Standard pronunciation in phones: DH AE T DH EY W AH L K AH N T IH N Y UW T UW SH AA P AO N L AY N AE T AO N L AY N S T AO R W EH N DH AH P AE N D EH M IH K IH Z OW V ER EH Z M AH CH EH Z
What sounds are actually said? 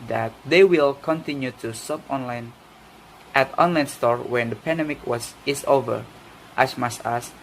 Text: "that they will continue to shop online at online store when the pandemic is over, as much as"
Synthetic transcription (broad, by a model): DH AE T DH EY W AH L K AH N T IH N Y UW T UW S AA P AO N L AY N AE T AO N L AY N S T AO R W EH N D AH P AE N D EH M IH K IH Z OW V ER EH S M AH S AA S